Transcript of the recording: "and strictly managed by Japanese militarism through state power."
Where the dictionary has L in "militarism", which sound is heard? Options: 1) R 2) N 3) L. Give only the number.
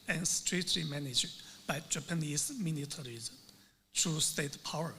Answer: 2